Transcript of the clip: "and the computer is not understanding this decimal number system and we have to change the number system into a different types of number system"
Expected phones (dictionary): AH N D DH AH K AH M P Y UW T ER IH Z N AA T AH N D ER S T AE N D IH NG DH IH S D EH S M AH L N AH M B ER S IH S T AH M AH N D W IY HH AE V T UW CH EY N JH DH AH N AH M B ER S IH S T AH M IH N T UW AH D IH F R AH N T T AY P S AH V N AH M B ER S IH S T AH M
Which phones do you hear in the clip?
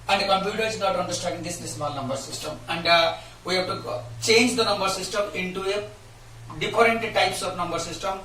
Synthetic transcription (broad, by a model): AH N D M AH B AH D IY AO IH Z N AA T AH N D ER S T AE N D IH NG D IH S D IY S M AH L N AH M B ER S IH S T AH M AH N D W IY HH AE B T UW CH EY N JH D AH N AH M B ER S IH S T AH M IH N T UW AH D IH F R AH N T T AY P S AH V N AH M B ER S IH S T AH M